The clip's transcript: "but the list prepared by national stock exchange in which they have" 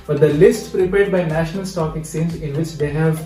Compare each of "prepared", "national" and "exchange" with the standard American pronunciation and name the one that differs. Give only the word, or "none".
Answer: exchange